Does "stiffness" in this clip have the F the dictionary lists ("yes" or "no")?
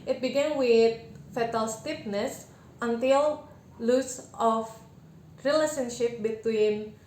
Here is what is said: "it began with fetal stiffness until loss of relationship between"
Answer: no